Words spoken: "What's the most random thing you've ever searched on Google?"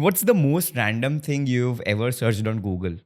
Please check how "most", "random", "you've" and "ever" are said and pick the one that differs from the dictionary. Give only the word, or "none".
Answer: none